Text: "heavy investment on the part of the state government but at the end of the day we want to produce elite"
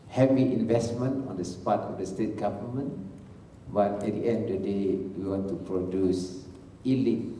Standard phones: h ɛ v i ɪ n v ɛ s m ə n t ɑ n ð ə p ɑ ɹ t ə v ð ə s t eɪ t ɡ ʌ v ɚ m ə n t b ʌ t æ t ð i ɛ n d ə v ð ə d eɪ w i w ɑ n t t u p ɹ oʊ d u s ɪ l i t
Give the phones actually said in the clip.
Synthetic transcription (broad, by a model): h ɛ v i ɪ n v ɛ s m ə n t ɑ n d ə p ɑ t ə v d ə s t eɪ t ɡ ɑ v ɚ m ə n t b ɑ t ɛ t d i ɛ n d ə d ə d eɪ w i w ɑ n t t u p ɹ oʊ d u s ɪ l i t